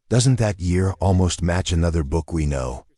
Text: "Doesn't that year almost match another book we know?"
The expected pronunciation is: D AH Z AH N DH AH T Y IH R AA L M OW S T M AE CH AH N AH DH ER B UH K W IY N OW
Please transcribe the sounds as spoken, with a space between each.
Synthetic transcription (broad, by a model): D AH Z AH N DH AH T Y IH R AA L M OW S T M AE CH AH N AH DH ER B UH K W IY N OW